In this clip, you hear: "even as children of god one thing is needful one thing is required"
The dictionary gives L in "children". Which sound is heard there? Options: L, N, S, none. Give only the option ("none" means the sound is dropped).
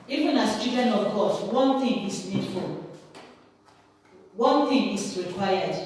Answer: none